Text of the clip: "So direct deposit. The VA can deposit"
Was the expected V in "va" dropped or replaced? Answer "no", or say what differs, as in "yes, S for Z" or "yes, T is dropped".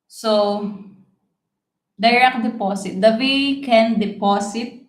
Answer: yes, W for V